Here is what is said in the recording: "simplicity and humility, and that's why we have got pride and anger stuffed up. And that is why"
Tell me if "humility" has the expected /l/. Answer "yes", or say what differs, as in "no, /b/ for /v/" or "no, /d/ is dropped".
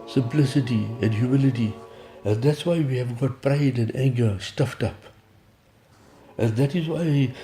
yes